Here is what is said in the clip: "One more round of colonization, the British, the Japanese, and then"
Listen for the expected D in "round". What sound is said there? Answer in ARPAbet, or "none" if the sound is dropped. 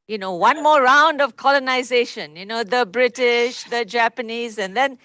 D